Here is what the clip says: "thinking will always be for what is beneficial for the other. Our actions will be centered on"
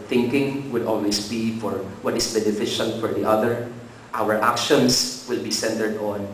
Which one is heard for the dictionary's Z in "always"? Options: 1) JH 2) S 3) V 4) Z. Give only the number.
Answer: 2